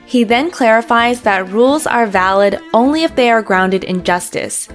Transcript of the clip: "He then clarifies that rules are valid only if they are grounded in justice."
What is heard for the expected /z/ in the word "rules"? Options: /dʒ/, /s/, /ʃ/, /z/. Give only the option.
/z/